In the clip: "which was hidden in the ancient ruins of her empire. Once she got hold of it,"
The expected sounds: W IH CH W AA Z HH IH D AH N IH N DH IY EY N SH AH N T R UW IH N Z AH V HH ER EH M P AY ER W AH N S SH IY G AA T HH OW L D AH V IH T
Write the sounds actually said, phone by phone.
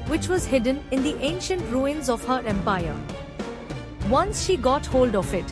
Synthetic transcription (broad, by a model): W IH CH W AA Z HH IH D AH N IH N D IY EY N SH AH N T R UW IH N Z AH V HH ER EH M P AY ER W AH N S SH IY G AA T HH OW L D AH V IH T